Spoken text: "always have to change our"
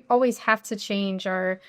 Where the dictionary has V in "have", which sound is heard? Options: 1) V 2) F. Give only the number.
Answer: 2